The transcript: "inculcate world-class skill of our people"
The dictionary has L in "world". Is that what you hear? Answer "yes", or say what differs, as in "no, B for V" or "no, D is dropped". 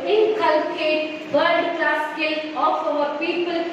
no, L is dropped